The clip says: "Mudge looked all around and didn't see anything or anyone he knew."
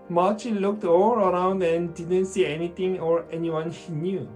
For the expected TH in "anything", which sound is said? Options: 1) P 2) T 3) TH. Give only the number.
2